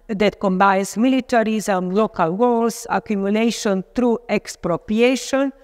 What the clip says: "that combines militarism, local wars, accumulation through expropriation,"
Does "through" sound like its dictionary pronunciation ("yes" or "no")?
no